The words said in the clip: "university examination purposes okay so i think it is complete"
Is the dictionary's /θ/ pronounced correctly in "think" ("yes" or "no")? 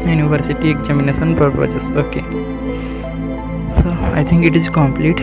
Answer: no